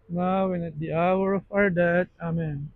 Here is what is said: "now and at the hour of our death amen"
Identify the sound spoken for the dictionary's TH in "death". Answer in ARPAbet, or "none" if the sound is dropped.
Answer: T